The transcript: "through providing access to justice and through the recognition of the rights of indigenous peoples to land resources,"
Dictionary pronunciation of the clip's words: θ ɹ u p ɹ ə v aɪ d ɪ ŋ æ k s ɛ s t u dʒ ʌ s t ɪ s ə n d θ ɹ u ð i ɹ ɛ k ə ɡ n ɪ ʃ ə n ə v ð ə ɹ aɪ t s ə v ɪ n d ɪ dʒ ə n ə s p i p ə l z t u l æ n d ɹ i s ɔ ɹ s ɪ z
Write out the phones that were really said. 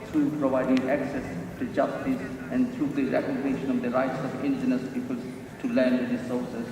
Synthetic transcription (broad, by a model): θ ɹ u p ɹ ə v aɪ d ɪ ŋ æ k s ɛ s t u dʒ ʌ s t ɪ s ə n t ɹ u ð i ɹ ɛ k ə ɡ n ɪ ʃ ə n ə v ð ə ɹ aɪ t s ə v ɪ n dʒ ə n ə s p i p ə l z t u l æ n d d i s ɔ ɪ s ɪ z